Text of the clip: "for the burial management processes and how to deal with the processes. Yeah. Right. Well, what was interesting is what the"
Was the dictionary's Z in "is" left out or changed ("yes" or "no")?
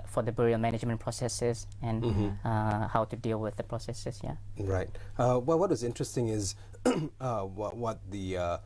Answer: no